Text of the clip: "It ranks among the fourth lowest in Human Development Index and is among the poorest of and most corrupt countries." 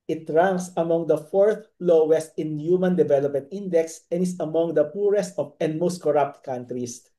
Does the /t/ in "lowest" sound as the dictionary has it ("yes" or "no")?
yes